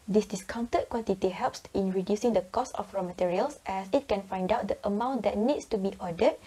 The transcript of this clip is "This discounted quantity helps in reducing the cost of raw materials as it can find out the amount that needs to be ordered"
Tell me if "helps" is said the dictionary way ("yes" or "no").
yes